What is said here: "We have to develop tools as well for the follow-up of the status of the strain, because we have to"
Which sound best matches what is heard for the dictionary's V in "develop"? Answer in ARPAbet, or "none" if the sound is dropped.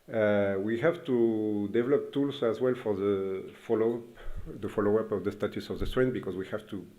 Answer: V